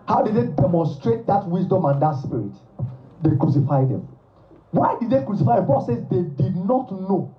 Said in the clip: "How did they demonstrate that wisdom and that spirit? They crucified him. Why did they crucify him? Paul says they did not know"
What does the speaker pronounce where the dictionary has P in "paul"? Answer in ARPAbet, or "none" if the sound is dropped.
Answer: B